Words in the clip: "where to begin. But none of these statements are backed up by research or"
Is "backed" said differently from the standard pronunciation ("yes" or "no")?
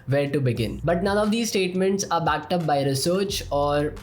no